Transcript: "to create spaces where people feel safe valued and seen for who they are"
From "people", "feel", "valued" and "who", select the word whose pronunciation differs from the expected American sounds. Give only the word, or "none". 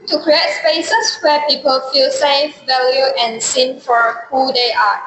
valued